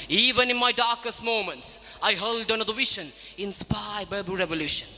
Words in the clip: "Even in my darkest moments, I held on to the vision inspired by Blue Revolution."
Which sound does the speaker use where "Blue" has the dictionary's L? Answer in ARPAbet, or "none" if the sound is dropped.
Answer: none